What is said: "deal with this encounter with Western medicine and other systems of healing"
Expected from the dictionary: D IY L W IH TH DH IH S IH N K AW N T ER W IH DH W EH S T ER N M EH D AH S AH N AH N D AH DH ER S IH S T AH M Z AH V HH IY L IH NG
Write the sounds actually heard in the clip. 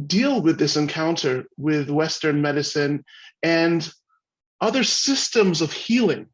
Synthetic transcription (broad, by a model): D IY L W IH DH IH S IH N K AW N T ER W IH DH W EH S T ER N M EH D AH S AH N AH N AH DH ER S IH S T AH M Z AH V HH IY L IH NG